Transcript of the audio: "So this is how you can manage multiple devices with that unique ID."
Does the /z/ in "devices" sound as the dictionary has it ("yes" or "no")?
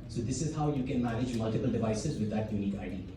yes